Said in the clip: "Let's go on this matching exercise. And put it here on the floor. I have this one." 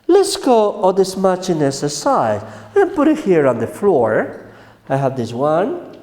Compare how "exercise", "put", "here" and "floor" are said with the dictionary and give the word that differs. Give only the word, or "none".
exercise